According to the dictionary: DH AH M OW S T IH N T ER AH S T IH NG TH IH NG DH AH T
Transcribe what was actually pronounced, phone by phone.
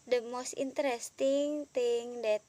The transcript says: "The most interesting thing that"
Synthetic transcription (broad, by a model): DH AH M OW S T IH N T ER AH S T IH NG T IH NG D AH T